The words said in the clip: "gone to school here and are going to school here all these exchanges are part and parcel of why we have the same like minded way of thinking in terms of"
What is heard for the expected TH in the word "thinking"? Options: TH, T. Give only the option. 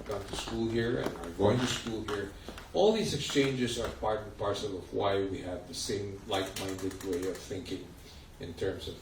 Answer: TH